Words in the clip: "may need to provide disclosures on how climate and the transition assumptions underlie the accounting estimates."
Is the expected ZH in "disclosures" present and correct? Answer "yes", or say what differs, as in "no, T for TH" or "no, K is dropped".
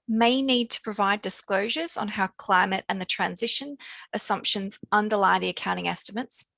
yes